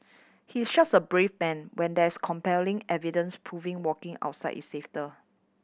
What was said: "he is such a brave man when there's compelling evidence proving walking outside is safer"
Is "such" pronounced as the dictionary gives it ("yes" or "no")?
no